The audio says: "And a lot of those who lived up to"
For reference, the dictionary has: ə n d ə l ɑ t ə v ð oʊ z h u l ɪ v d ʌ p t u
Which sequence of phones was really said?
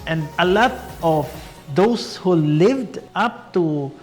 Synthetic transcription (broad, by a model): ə n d ə l ɑ t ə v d oʊ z h u l ɪ v d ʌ p t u